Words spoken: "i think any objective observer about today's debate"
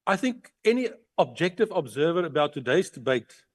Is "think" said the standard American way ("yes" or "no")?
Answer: yes